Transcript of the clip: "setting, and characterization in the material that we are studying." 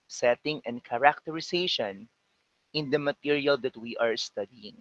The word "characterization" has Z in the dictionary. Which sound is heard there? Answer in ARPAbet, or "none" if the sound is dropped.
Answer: S